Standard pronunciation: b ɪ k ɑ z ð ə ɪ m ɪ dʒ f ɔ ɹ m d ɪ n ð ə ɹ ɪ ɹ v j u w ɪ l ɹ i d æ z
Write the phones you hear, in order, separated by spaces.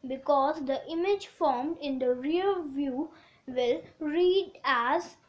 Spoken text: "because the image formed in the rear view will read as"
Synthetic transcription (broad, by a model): b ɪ k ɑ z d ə ɪ m ɪ dʒ f ɔ ɹ m d ɪ n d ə ɹ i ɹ v j u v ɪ l ɹ i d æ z